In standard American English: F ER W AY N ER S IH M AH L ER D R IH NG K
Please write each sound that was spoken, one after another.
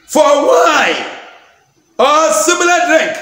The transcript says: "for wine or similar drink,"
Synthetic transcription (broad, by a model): F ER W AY ER S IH M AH L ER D R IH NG K